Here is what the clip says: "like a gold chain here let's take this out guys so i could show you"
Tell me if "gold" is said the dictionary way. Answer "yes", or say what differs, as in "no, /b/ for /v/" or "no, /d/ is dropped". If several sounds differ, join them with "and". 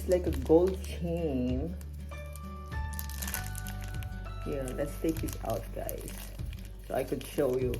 yes